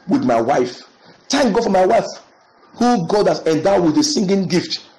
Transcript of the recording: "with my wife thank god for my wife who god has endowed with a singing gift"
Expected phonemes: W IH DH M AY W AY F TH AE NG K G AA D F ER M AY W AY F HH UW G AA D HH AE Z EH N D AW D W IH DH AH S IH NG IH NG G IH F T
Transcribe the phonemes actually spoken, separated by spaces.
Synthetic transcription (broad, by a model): W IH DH M AY W AY F T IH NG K G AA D F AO M AY W AY F HH UW G AA D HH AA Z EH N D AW W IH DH AH S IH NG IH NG G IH F T